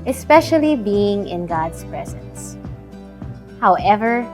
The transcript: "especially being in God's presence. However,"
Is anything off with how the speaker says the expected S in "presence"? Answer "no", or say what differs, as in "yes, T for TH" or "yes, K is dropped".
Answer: no